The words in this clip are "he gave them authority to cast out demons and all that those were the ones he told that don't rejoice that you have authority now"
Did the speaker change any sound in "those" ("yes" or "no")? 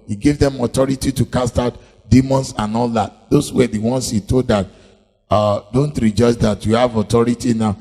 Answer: yes